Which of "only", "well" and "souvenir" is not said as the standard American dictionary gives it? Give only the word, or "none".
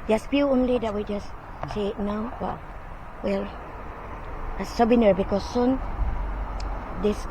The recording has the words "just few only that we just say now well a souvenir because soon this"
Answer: souvenir